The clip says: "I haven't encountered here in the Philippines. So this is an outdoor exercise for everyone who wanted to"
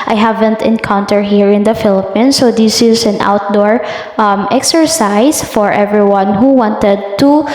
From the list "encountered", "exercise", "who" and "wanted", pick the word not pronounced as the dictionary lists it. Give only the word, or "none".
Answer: exercise